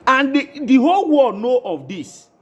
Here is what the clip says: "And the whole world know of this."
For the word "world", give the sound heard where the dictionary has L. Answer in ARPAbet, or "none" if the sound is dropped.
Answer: none